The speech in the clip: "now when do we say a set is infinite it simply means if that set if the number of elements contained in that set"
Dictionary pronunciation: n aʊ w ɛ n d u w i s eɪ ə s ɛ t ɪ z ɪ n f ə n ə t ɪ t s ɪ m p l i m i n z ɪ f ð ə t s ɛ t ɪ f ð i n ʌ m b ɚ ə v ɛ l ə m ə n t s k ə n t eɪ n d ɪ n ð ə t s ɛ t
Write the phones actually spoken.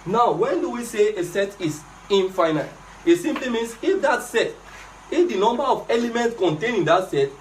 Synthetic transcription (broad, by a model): n aʊ w ɛ n d u w i s eɪ ə s ɛ t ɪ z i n f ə n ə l ɪ t s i m p l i m i n s ɪ f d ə t s ɛ t ɪ f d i n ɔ m b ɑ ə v ɛ l ə m ə n t s k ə n t eɪ n ɪ n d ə t s ɛ t